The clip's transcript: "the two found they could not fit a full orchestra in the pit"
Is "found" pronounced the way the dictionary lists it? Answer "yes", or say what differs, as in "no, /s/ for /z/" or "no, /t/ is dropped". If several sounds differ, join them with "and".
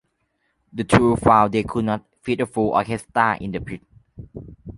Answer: no, /n/ is dropped